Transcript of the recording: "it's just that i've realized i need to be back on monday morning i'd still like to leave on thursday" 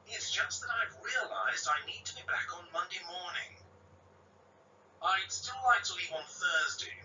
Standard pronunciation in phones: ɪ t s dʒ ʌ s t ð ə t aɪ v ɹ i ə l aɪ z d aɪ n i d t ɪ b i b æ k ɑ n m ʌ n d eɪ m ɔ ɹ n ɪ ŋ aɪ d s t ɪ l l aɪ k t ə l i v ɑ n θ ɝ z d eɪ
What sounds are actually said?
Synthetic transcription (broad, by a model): ɪ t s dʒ ʌ s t ð ə t aɪ v ɹ i ə l aɪ z d aɪ n i d t ɪ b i b æ k n m ʌ n d eɪ m ɔ ɹ n ɪ ŋ aɪ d s t ɪ l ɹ aɪ t ə l i v n θ ɝ z d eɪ